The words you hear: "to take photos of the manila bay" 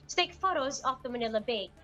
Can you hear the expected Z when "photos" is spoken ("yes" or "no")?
yes